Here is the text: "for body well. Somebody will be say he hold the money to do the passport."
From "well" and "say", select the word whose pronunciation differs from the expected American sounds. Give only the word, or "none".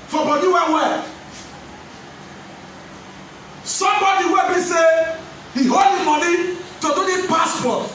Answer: well